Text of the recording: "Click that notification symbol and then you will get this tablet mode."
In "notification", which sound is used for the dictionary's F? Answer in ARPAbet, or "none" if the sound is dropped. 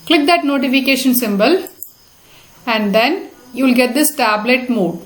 F